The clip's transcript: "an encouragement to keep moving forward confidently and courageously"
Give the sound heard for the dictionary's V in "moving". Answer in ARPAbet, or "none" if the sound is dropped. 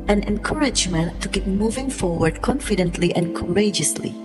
V